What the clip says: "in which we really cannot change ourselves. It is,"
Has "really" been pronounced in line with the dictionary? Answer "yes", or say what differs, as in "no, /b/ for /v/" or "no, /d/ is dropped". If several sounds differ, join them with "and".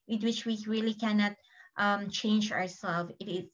yes